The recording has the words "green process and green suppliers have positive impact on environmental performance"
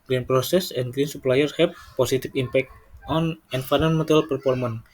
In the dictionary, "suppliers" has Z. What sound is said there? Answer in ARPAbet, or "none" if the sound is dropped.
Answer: none